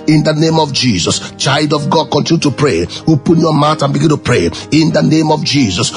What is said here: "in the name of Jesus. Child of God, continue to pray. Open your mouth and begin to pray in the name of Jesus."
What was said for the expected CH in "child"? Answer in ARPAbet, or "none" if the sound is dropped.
CH